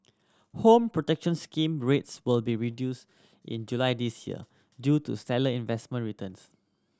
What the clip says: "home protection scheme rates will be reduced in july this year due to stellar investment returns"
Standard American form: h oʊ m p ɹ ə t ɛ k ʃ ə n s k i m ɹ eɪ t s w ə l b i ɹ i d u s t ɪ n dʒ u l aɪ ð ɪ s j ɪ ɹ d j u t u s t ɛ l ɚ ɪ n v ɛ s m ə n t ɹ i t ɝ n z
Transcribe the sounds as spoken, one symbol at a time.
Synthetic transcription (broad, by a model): h oʊ m p ɹ ə t ɛ k ʃ ə n s k i m ɹ eɪ t s w ə l b i ɹ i d u s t ɪ n dʒ u l aɪ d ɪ s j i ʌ d j u t u s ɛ l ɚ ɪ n v ɛ s m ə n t ɹ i t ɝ n s